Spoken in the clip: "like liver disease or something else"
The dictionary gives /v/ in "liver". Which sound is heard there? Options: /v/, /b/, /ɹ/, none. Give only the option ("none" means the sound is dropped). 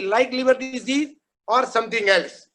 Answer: /b/